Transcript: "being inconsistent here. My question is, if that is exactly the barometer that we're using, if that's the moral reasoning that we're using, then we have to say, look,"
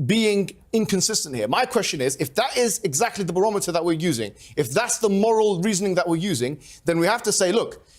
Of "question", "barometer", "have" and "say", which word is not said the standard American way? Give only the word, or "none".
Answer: have